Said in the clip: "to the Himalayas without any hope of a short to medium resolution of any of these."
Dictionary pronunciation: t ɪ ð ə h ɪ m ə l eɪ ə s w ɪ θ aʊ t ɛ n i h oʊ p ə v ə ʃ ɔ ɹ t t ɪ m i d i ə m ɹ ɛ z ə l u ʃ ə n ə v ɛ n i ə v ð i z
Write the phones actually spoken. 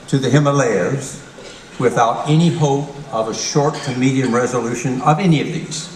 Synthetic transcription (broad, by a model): t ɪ ð ə h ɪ m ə l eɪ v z w ɪ θ aʊ t ɛ n i h oʊ p ə v ə ʃ ɔ ɹ t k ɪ m i d i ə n ɹ ɛ z ə l u ʃ ə n ə v ɛ n i ə v ð i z